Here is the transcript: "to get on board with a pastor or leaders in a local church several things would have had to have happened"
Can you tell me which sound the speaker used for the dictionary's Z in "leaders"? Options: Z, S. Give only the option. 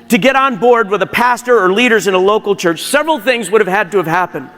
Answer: Z